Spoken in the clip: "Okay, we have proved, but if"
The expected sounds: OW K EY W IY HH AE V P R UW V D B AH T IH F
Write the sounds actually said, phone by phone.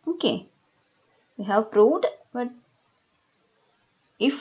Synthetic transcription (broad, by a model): OW K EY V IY HH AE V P R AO D B AH T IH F